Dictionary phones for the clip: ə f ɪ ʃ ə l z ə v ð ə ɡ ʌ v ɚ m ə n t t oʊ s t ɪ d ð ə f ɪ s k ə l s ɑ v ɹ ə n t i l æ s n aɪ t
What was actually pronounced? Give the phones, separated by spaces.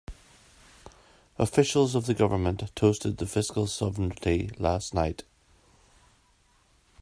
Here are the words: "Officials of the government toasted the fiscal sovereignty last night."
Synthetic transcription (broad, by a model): ə f ɪ ʃ ə l z ə v ð ə ɡ ʌ v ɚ m ə n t t oʊ s t ɪ d ð ə f ɪ s k ə l s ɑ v ə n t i l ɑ s n aɪ t